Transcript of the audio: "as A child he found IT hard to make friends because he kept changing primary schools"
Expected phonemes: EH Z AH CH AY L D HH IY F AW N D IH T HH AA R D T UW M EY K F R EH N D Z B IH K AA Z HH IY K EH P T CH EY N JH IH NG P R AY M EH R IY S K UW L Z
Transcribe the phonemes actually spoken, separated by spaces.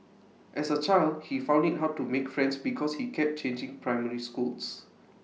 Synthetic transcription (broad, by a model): EH S AH CH AY L D HH IY F AW N D IH T HH AA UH T UW M EY K F R EH N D S B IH K AA S HH IY K EH P CH EY N JH IH NG P R AY M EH R IY S K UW L S